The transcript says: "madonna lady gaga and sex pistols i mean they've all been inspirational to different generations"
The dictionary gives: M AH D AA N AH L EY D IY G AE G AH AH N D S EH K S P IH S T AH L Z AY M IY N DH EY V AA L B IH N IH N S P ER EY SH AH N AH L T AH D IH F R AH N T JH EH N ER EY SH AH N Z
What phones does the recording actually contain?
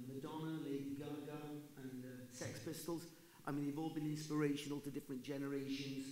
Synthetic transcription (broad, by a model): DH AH D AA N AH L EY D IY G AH G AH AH N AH S EH K S P IH S T AH L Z AY M IY N DH EY V AA L B IH N IH N S P ER EY SH AH N AH L T AH D IH F R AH N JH EH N ER EY SH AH N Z